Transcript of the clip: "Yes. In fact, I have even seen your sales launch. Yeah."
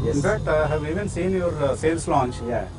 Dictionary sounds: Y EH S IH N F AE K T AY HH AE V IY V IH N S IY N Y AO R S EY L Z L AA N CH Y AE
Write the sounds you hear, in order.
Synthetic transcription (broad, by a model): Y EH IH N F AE T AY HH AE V IY V IH N S IY N Y AO R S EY L S L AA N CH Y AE